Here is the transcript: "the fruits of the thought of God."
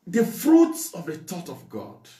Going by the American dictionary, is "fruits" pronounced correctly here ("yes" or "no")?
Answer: yes